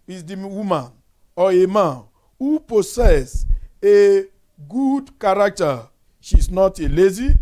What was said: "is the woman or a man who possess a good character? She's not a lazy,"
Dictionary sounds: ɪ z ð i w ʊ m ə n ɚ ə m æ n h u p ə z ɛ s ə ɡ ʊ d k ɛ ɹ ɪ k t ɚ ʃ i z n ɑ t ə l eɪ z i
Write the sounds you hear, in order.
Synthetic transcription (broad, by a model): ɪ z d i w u m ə n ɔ ə m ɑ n h u p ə s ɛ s ə ɡ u d k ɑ ɹ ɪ k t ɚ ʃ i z n ɑ t ə l eɪ z i